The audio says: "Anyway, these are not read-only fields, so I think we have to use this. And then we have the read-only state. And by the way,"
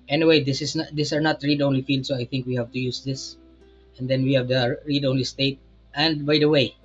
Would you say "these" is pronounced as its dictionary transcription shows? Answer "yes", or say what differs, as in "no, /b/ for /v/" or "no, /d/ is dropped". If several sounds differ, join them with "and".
no, /s/ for /z/